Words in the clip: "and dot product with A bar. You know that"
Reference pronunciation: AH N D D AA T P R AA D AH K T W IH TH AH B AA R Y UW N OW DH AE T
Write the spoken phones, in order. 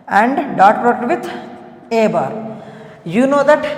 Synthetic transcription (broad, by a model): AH N D D AA T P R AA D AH T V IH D AH B AA R Y UW N OW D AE T